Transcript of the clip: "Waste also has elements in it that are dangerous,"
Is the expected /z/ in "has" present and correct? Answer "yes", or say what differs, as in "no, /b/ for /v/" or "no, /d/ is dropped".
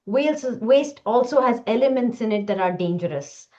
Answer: yes